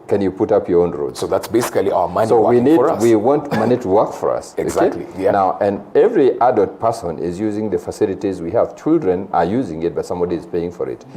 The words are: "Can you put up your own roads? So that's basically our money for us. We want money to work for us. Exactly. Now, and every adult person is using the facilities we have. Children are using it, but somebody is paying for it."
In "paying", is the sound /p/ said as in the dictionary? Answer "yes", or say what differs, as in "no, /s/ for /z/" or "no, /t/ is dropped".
yes